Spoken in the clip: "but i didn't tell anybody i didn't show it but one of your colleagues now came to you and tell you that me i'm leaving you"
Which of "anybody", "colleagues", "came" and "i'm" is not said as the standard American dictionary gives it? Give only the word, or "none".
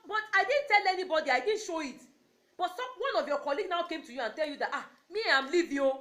colleagues